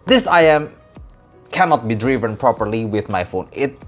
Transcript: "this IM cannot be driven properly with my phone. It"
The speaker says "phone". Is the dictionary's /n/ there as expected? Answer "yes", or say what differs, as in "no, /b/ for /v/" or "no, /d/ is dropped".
yes